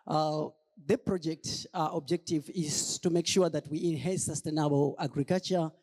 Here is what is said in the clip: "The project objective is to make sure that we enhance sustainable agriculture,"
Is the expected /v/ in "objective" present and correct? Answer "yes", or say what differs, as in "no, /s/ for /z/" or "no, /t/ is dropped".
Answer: yes